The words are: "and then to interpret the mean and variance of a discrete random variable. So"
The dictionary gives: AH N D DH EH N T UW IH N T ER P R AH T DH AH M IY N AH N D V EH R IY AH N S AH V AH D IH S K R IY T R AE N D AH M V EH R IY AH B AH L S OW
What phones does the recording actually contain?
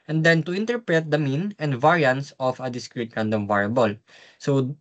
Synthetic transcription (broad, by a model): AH N D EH N T UW IH N T ER P R AH T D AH M IY N AH N D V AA R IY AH N S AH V AH D IH S K R IY T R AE N D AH M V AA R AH B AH L S OW